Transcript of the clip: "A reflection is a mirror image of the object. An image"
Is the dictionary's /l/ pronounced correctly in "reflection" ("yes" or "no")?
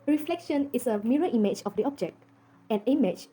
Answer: yes